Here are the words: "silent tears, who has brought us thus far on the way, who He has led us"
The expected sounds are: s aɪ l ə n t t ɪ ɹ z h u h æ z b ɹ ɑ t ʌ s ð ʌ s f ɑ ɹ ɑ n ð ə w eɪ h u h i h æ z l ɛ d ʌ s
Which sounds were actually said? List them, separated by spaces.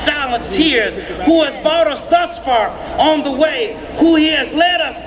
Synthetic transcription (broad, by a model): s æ l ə n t t ɪ ɹ z h u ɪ z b ɑ t ʌ s ð ʌ s f ɑ ɹ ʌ n ð ə w eɪ h u h i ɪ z l ɛ d ʌ s